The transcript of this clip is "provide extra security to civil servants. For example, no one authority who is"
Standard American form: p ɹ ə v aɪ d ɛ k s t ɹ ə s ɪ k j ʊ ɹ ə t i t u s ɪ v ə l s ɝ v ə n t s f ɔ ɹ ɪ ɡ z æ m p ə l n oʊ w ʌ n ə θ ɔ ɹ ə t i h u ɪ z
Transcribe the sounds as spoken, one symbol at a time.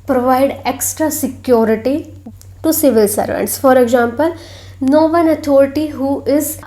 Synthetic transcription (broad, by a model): p ɹ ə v aɪ d ɛ k s t ɹ ə s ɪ k j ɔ ɹ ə t i t u s ɪ v ə l s ɝ v ə n t s f ɔ ɹ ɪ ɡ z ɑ m p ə l n oʊ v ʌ n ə t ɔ ɹ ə t i h u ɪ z